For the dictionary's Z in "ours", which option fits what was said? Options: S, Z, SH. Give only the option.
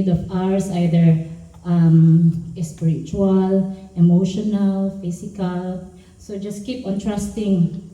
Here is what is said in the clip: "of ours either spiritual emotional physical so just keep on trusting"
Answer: S